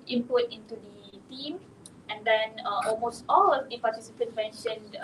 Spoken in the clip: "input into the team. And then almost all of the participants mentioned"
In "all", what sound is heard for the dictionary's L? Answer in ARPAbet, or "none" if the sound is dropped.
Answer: L